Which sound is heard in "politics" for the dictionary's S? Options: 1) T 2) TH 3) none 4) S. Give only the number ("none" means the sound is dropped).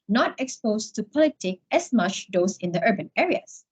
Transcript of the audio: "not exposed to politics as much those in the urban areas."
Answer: 3